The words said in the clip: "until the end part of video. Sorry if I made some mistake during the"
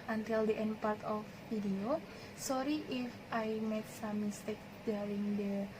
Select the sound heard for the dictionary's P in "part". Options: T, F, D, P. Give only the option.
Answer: P